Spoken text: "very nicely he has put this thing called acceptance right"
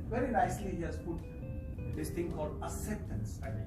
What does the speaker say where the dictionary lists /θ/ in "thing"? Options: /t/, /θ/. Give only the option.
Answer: /t/